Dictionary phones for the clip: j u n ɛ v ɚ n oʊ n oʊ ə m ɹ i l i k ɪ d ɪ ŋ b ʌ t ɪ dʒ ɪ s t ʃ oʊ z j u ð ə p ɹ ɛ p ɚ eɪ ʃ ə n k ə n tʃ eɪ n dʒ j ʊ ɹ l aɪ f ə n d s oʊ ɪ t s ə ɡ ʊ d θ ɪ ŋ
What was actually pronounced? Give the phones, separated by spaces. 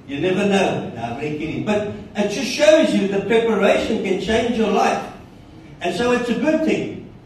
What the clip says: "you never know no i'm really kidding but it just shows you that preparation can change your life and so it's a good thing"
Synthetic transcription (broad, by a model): j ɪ n ɛ v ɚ n oʊ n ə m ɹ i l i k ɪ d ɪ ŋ b ʌ t ɪ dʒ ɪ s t ʃ oʊ z j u ð ə p ɹ ɛ p ɚ eɪ ʃ ə n k ə n tʃ eɪ n dʒ j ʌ ɹ l aɪ f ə n s oʊ ɪ t s ə ɡ ʊ d θ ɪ ŋ